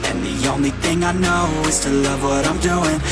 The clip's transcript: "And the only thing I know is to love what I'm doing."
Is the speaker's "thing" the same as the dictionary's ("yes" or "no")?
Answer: yes